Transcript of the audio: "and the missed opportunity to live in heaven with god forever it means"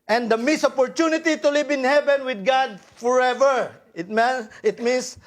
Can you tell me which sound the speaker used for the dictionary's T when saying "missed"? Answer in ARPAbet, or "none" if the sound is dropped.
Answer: none